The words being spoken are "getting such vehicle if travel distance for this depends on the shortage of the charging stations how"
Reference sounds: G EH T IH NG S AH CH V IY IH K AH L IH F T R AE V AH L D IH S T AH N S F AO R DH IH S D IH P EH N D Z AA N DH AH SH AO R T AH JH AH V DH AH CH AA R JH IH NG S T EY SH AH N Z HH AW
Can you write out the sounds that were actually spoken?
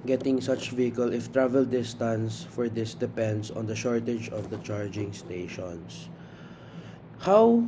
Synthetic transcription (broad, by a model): G EH T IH NG S AH CH V IY IH K AH L IH F T R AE V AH L D IH S T AH N S F AO R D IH S D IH P EH N D S AA N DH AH SH AO R T AH JH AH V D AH CH AA R JH IH NG S T EY SH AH N S HH AW